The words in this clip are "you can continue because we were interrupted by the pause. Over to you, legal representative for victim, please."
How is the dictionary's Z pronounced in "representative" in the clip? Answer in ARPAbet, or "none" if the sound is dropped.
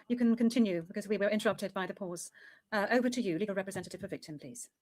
Z